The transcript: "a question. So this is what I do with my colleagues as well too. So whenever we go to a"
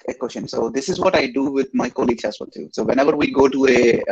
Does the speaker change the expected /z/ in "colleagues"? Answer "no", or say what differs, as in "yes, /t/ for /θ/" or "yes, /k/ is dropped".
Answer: yes, /z/ is dropped